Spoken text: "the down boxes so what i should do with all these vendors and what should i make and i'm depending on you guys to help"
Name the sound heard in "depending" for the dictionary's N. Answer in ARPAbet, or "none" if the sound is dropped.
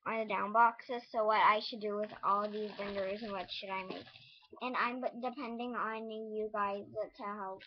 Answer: N